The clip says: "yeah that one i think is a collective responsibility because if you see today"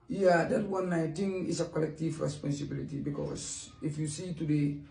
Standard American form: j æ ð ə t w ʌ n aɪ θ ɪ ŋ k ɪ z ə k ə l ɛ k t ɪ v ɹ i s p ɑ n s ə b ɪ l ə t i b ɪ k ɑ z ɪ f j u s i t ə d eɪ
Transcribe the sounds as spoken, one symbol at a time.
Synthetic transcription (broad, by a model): j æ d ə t w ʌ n aɪ t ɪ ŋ ɪ s ə k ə l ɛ k t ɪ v ɹ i s p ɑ n s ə b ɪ l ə t i b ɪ k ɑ s ɪ f j u s i t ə d eɪ